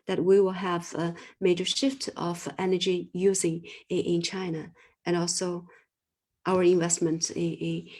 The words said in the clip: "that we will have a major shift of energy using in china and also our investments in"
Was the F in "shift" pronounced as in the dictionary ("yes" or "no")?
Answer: yes